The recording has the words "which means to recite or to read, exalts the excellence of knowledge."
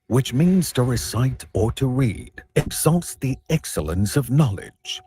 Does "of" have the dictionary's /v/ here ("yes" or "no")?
yes